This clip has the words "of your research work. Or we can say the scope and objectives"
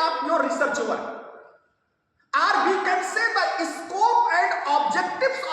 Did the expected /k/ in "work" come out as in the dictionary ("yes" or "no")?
no